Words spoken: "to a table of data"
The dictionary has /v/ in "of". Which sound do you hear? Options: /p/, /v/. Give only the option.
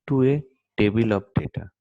/p/